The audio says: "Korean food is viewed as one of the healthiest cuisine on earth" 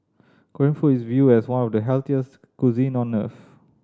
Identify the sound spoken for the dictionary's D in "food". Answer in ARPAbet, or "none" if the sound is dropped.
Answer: none